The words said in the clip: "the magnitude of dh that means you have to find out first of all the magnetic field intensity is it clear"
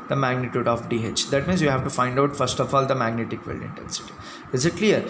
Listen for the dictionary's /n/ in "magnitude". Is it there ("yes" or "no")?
yes